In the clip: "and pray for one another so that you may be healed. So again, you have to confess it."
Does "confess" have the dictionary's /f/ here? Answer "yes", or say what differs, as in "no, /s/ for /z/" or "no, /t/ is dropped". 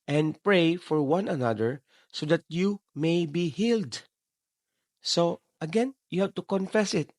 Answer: yes